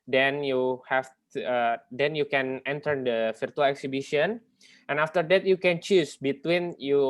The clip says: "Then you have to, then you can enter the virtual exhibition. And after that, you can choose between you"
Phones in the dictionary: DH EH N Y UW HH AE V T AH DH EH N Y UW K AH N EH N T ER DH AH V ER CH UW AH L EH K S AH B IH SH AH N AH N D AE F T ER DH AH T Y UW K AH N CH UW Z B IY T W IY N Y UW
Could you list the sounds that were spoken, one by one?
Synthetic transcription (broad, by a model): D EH N Y UW HH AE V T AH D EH N Y UW K AH N EH N T ER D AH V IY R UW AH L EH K S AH B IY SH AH N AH N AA F T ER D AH T Y UW K AH N CH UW S B IY T W IY N Y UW